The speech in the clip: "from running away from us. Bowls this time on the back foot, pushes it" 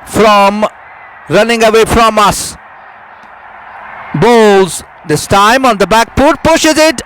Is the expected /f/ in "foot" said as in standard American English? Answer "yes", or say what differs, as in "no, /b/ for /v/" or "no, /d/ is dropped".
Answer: no, /p/ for /f/